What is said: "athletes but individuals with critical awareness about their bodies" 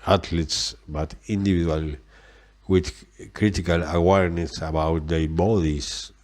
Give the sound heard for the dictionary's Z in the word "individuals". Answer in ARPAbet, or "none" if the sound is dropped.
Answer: none